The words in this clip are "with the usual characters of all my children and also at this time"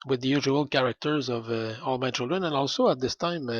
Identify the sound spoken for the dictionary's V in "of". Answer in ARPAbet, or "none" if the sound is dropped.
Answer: V